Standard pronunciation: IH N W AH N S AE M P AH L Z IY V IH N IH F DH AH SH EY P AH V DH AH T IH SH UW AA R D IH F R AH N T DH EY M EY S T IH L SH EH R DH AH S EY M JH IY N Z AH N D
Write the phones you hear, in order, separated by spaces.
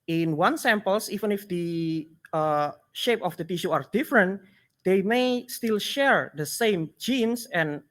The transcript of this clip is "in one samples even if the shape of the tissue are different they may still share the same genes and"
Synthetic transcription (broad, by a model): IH N W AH N S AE M P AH L S IY V IH N IH F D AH SH EY P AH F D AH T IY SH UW AA R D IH F R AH N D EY M EY S T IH L SH EH R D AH S EY M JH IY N S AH N